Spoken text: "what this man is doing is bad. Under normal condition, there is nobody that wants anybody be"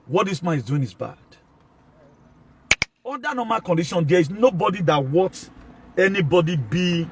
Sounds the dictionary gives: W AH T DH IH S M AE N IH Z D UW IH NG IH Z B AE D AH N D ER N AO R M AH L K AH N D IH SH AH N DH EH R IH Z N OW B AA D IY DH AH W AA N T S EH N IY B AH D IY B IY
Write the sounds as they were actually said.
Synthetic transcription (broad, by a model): W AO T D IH S M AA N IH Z D UW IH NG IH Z B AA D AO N D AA N AO M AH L K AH N D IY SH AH N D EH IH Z N OW B AA D IY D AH W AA T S EH N IY B AH D IY B IY